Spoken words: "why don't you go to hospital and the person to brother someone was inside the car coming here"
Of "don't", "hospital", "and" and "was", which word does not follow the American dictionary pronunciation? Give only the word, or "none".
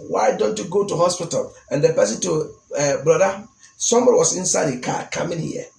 was